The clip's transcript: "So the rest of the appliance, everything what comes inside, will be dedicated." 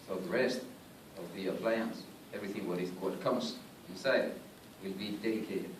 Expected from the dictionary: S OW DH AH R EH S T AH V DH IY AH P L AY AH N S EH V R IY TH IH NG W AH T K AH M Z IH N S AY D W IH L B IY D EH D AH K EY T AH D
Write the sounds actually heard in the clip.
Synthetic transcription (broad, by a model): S OW DH AH R EH S T AH V DH IY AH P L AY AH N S EH V R IY TH IH NG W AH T K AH M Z IH N S AY D W IH L B IY D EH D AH K EY T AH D